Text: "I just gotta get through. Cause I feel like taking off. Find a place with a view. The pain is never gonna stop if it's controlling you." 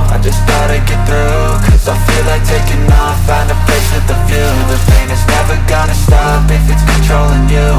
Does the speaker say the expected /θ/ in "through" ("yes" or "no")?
yes